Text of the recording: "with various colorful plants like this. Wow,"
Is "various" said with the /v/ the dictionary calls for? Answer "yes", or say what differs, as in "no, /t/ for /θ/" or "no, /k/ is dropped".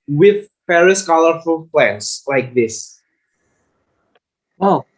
no, /p/ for /v/